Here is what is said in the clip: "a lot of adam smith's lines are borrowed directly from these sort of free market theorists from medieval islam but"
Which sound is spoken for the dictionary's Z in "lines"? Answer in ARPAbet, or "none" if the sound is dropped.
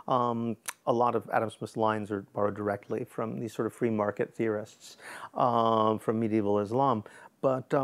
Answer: Z